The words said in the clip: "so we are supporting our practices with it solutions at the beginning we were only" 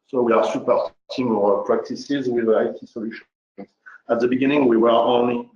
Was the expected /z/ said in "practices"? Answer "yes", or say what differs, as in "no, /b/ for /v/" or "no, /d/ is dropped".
yes